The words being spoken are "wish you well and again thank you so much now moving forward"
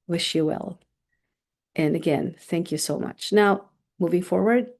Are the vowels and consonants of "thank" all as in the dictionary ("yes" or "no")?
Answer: yes